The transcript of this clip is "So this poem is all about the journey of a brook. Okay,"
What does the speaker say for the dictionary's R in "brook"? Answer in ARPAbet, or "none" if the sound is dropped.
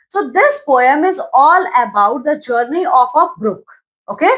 R